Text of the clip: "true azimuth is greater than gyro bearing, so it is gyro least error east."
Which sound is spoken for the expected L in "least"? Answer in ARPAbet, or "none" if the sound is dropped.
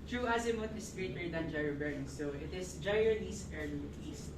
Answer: N